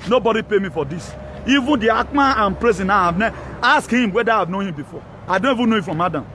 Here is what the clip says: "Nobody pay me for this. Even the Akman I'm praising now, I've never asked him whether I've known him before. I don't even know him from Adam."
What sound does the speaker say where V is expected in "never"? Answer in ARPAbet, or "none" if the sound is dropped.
none